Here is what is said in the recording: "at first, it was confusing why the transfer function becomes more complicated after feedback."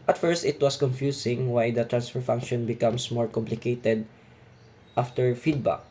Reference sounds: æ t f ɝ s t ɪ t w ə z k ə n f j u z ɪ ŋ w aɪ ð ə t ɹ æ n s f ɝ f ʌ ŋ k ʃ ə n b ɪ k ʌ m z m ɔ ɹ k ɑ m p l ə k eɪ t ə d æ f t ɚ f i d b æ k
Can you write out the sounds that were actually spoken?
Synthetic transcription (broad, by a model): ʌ t f ɝ s t ɪ t w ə s k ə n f j u s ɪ ŋ w aɪ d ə t ɹ æ n s f ɝ f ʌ ŋ k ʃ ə n b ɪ k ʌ m s m ɔ ɹ k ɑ m p l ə k eɪ t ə d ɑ f t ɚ f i d b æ k